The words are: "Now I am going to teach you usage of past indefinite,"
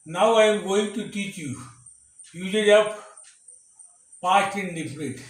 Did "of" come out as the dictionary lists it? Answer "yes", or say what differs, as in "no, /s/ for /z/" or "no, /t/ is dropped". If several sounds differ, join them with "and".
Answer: no, /p/ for /v/